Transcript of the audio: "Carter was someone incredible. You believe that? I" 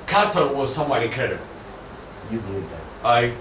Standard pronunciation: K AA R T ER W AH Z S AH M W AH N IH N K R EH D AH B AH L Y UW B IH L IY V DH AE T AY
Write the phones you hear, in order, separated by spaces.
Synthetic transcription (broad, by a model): K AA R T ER W AH Z S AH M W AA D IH K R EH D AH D Y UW B IH L IY V DH AE T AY